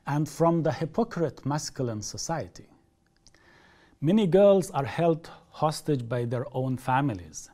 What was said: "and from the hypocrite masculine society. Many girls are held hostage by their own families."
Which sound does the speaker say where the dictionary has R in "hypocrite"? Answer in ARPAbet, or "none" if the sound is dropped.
R